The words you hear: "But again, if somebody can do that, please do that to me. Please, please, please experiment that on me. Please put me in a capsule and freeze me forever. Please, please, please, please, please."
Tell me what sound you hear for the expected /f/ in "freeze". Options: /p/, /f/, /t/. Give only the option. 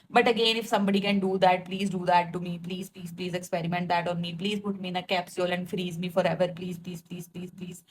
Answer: /f/